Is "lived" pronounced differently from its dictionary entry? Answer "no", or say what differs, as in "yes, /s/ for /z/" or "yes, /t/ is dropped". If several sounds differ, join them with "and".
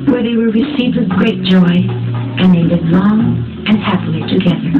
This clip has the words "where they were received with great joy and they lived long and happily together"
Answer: yes, /v/ is dropped